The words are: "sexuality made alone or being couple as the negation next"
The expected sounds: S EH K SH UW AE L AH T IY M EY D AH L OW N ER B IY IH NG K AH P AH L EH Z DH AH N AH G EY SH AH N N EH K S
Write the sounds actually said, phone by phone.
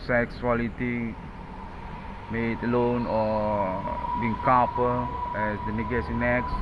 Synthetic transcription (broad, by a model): S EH K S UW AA L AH T IY M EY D AH L OW N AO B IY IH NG K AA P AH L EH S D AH N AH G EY S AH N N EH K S